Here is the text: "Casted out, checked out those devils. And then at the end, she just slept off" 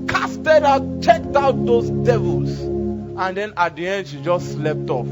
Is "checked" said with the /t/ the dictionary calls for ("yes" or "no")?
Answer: yes